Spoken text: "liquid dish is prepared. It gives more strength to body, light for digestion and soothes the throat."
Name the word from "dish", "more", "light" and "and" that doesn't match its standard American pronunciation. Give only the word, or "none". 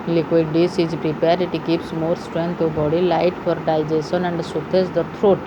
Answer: dish